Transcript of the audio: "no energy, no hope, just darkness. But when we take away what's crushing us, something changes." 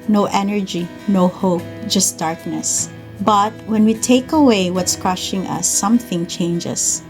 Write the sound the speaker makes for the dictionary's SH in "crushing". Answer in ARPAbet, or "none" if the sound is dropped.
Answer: SH